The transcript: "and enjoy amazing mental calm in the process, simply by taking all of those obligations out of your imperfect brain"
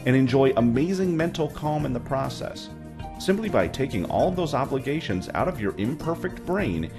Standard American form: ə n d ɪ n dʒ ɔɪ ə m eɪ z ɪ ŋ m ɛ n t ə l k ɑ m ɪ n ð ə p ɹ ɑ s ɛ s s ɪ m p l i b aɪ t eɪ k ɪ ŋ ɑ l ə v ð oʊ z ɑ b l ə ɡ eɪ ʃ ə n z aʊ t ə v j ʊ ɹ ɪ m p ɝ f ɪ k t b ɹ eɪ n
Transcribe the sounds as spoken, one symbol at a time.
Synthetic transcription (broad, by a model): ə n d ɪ n dʒ ɔɪ ə m eɪ z ɪ ŋ m ɛ n t l k ɑ m ɪ n ð ə p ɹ ɑ s ɛ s s ɪ m p l i b aɪ t eɪ k ɪ ŋ ɑ l ə v ð oʊ z ɑ b l ə ɡ eɪ ʃ ə n z aʊ t ə v j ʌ ɹ ɪ m p ɝ f ɪ k t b ɹ eɪ n